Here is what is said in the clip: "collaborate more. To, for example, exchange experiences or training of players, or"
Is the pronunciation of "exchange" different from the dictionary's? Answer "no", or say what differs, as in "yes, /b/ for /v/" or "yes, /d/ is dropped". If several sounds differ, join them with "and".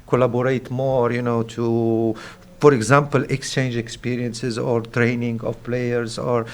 no